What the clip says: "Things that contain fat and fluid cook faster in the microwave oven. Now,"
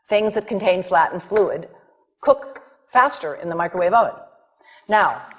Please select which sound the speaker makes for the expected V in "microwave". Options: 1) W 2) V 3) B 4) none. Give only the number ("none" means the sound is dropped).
2